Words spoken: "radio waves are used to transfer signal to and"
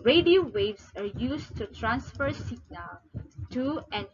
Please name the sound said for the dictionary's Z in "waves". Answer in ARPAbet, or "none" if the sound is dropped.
S